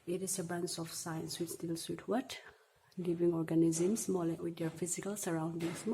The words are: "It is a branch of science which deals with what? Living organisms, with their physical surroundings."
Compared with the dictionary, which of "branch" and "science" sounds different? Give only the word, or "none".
branch